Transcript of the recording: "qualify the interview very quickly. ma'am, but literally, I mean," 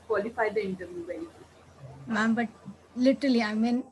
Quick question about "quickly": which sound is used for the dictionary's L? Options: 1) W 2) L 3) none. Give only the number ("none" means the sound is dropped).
3